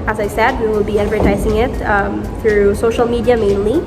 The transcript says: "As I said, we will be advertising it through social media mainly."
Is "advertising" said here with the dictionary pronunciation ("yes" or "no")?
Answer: yes